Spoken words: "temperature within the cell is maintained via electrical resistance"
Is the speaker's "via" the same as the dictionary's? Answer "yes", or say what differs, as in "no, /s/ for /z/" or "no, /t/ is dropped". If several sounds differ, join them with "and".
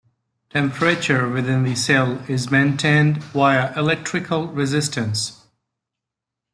no, /w/ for /v/